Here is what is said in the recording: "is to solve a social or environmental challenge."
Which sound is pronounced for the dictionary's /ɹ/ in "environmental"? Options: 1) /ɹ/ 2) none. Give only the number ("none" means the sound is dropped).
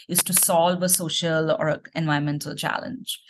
2